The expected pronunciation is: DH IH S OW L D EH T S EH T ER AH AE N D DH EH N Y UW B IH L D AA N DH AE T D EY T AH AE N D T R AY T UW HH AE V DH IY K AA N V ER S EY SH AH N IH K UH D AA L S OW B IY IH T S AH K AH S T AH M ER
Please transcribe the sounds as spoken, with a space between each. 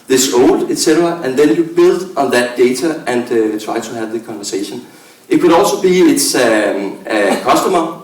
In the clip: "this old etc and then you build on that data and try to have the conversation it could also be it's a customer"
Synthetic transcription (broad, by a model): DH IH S OW L D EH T S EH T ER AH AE N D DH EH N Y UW B IH L D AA N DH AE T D EY S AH AE N D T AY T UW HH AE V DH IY K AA N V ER S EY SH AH N IH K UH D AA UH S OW B IY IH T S AH K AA S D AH M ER